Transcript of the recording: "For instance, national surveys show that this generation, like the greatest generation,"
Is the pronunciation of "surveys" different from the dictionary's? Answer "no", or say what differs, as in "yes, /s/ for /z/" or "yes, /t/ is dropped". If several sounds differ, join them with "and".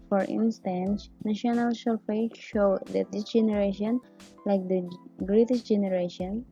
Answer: yes, /f/ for /v/